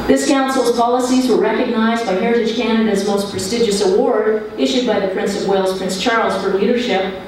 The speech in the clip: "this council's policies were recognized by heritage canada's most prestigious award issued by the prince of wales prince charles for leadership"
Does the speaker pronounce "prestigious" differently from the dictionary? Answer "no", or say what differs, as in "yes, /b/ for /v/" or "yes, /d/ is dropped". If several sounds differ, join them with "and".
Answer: no